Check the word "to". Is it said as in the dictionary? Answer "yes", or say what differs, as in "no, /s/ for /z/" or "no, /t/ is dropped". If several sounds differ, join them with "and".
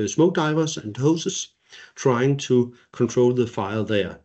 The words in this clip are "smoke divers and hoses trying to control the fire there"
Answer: no, /s/ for /t/